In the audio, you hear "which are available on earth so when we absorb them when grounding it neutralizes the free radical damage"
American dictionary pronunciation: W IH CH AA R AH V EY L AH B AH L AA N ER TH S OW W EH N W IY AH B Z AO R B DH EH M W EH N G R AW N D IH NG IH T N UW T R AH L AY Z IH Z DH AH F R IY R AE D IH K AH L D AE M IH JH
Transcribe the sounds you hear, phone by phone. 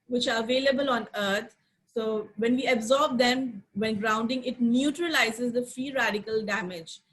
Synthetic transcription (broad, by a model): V IH CH AA R AH V EY L AH B AH L AA N ER T S OW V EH N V IY AH B Z AO R B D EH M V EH N G R AW N D IH NG IH T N UW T R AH L AY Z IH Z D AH F R IY R AE D IH K AH L D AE M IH JH